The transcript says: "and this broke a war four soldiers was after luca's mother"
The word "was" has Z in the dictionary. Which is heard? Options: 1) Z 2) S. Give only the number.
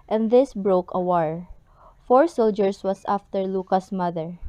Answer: 2